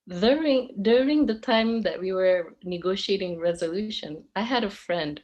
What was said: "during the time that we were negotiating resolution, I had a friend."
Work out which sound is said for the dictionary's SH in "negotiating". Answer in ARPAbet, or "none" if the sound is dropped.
SH